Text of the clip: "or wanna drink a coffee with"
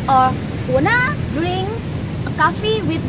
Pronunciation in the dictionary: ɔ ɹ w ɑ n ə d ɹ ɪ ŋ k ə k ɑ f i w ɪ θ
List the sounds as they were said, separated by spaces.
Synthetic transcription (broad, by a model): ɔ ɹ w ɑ n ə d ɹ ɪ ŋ ə k ɑ f i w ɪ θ